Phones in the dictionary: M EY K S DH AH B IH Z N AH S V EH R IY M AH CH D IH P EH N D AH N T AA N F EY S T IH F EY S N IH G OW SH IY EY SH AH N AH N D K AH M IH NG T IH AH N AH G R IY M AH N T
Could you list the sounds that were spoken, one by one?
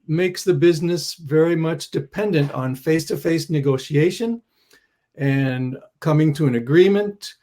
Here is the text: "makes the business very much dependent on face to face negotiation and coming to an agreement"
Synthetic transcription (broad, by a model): M EY K S DH AH B IH Z N AH S V EH R IY M AH CH D IH P EH N D AH N T N F EY S T IH F EY S N IH G OW SH IY EY SH AH N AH N K AH M IH NG T IH AH N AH G R IY M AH N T